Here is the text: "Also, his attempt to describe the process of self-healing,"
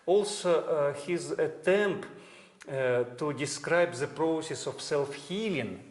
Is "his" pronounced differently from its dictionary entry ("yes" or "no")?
no